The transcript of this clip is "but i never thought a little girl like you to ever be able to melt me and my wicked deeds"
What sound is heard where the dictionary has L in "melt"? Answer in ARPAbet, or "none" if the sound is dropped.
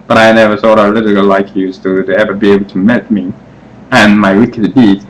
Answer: none